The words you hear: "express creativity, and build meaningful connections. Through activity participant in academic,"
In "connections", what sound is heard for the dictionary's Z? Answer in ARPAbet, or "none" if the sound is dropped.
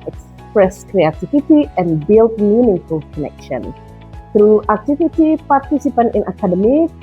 none